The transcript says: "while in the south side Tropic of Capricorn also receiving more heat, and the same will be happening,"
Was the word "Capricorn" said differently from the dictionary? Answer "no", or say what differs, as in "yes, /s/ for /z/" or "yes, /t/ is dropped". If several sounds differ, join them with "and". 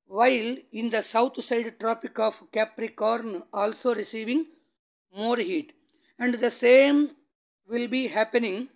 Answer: no